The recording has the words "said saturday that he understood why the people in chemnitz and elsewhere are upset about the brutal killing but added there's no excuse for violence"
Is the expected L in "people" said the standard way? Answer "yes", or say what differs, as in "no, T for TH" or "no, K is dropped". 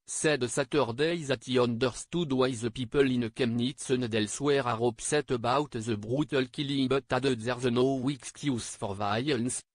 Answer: yes